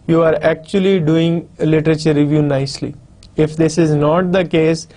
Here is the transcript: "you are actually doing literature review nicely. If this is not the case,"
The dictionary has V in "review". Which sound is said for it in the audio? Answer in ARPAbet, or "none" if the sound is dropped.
V